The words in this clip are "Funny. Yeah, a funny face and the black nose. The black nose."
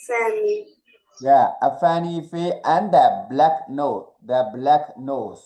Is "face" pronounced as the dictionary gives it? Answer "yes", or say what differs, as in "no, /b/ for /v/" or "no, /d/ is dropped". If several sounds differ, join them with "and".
no, /s/ is dropped